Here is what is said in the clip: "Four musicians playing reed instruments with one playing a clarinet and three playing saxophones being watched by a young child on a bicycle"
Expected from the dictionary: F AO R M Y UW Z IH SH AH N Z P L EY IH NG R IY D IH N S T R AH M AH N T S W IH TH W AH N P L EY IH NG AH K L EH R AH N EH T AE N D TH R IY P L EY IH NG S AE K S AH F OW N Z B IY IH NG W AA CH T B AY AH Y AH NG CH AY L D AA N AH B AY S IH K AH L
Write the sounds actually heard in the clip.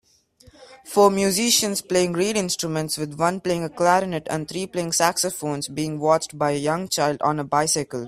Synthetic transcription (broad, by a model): F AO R M Y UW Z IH SH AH N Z P L EY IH NG R IY D IH N S T R AH M AH N T S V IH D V AH N P L EY IH NG AH K L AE R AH N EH T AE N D T R IY P L EY IH NG S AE K S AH F OW N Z B IY IH NG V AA CH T B AY AH Y AH NG CH AY L D AA N AH B AY S IH K AH L